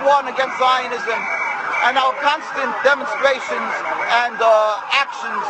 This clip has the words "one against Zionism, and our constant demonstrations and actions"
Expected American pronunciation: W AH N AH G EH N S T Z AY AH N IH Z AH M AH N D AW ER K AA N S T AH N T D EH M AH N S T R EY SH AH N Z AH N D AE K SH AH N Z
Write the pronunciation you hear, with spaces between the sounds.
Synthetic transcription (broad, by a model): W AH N AH G EH N S T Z AY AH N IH Z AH M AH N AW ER K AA N S T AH N D EH M AH N S T R EY SH AH N Z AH N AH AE K SH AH N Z